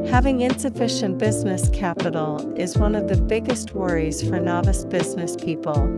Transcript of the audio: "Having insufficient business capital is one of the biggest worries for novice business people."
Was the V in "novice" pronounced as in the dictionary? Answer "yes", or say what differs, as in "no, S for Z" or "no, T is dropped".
yes